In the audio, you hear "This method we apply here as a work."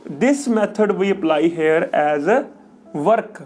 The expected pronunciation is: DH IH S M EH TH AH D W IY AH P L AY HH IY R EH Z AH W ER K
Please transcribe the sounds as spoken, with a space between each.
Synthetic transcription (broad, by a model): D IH S M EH T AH D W IY AH P L AY HH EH R EH Z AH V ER K